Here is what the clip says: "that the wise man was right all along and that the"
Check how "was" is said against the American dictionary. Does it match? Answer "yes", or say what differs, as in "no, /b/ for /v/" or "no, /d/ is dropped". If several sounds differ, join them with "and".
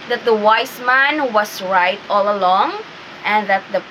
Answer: no, /s/ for /z/